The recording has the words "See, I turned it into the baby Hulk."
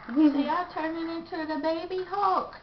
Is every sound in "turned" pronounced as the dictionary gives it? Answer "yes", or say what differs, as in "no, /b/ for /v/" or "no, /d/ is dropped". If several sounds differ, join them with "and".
no, /d/ is dropped